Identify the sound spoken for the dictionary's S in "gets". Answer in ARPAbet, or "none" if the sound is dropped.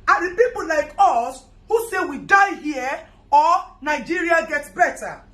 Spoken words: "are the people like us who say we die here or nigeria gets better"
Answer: none